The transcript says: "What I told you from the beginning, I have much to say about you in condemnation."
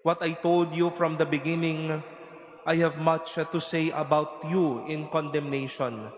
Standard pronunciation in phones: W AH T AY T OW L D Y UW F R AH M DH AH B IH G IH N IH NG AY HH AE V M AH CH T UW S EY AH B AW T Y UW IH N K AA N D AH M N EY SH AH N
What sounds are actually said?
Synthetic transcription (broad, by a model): W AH T AY T OW L D Y UW F R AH M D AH B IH G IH N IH NG AY HH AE V M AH CH T UW S EY AH B AW T Y UW IH N K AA N D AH M N EY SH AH N